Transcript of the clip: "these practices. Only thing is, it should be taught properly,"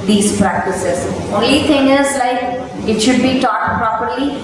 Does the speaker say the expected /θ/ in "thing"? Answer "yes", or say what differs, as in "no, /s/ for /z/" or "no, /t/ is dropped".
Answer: no, /t/ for /θ/